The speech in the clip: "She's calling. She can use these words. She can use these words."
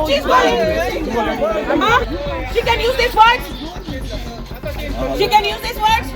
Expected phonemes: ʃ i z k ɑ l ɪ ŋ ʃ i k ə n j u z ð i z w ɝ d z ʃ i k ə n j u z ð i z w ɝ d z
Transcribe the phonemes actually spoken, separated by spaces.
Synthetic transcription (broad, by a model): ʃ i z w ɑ ɪ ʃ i k ə n j u z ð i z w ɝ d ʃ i k ə n j u z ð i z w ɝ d